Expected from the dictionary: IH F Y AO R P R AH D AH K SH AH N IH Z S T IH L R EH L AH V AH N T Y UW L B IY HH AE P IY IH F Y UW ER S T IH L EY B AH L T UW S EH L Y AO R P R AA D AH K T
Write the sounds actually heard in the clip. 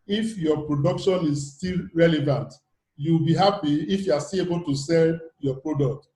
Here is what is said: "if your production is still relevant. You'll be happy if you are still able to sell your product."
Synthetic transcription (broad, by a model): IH F Y AO P R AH D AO K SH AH N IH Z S T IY L R EH L AH V AH N T Y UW W B IY HH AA P IY IH F Y UW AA S T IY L EY B AH L T UW S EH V Y AO P R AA D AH K T